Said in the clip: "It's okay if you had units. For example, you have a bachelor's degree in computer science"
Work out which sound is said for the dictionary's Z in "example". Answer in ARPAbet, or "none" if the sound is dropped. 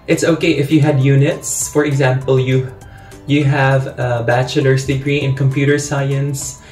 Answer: Z